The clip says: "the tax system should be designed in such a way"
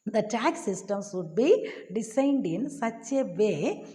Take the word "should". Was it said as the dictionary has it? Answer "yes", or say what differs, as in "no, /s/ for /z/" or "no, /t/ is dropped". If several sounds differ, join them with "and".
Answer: no, /s/ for /ʃ/